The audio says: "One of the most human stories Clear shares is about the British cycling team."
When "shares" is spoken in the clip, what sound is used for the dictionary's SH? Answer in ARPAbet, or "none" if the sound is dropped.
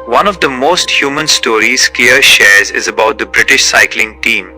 SH